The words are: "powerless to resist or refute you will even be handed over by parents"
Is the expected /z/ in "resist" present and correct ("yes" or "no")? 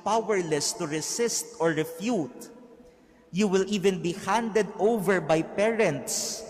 no